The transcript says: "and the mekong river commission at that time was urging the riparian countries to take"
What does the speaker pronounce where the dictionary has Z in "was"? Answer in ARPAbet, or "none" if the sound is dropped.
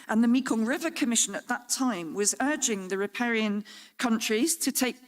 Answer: Z